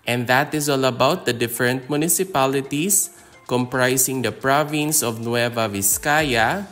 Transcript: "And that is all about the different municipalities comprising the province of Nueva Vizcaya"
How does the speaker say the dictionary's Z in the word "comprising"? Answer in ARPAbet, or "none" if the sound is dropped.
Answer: S